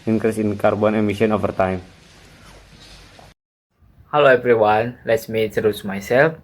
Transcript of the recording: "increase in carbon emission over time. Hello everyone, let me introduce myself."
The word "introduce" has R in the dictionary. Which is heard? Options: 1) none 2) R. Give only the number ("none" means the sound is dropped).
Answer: 1